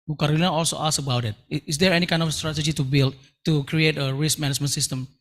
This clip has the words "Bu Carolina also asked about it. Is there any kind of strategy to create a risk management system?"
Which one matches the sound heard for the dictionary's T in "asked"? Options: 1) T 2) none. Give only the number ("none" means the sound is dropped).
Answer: 2